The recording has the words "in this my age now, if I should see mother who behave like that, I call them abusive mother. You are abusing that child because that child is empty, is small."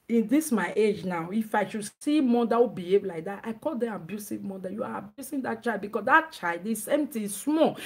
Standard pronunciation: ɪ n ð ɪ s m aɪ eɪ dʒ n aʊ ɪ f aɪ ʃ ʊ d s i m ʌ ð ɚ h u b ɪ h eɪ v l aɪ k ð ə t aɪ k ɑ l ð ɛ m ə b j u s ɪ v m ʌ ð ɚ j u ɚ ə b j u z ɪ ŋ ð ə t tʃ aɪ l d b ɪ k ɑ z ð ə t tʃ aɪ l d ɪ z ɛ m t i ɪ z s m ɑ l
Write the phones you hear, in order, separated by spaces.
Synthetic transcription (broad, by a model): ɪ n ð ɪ s m aɪ eɪ dʒ n aʊ ɪ f aɪ ʃ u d s i m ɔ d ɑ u b ɪ h eɪ v l aɪ k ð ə t aɪ k ɑ l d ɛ ə b j u s ɪ v m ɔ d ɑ j u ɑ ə b j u s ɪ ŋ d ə t tʃ aɪ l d b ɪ k ɑ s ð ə t tʃ aɪ l d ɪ s ɛ m t i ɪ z s m ɑ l